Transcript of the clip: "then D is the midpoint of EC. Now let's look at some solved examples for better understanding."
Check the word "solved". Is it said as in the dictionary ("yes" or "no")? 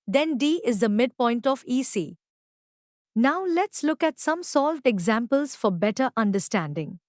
yes